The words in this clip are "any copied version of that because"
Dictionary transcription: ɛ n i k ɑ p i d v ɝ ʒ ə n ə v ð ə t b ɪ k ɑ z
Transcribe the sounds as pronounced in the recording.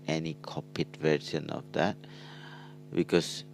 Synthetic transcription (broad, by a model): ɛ n i k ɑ p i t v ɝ s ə n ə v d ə t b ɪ k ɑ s